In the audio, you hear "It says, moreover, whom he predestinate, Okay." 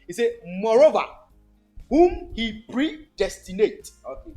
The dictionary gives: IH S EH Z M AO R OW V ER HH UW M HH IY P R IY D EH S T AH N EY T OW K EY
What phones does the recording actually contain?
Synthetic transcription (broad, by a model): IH S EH M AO R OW V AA HH UW M HH IY P R IY D EH S T AH N EY T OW